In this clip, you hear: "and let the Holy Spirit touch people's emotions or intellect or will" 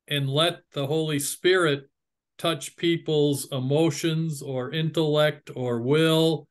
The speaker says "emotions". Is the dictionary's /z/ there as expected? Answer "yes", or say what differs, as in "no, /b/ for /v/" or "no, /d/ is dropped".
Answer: yes